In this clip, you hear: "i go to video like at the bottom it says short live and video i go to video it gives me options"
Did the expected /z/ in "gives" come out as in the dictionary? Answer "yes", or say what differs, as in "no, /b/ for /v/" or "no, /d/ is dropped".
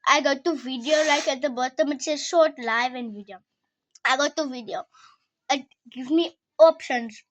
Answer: no, /z/ is dropped